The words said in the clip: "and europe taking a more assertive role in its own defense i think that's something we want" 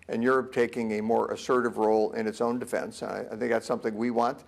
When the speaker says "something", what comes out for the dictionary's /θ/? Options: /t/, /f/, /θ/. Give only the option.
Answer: /θ/